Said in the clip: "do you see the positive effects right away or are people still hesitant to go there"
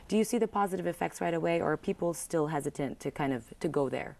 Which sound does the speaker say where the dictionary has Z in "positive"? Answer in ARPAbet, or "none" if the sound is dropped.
Z